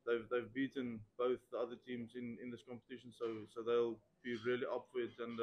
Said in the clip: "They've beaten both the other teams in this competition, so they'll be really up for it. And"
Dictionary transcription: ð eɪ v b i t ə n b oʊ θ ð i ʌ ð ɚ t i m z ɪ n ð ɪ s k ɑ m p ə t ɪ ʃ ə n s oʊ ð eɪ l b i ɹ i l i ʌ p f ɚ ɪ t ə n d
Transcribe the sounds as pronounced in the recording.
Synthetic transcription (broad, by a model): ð eɪ v b i t ə n b oʊ θ ð i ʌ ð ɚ t i m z ɪ n ð ɪ s k ɑ m p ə t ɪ ʃ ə n s oʊ ð eɪ l b i ɹ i l i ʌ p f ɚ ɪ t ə n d